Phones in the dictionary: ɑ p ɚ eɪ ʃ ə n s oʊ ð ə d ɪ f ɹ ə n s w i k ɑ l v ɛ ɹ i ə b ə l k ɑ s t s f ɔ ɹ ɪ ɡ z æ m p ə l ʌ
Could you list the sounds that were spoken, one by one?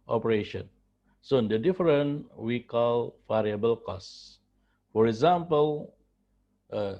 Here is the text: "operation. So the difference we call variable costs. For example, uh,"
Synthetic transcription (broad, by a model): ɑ p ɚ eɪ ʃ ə n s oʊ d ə d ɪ f ɹ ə n w i k ɑ l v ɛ ɹ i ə b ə l k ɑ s s f ɔ ɹ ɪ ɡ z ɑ m p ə l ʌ